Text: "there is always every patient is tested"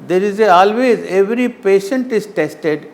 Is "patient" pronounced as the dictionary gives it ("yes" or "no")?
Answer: yes